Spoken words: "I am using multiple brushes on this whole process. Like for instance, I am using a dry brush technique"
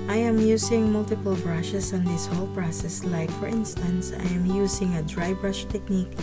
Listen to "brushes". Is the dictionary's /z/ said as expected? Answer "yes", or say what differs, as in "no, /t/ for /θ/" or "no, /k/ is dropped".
no, /s/ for /z/